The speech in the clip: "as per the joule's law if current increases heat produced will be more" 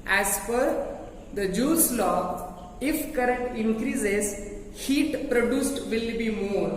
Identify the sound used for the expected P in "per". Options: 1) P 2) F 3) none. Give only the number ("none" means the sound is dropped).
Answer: 2